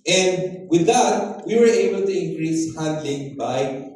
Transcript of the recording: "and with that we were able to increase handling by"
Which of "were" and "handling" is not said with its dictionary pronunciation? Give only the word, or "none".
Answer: none